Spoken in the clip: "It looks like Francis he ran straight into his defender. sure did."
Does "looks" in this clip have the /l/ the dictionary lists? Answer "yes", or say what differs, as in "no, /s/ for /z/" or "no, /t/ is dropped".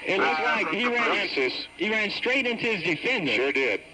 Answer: no, /n/ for /l/